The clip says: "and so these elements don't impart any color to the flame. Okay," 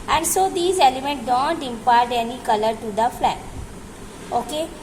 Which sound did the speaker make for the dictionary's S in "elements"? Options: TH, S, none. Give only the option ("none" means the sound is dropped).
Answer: none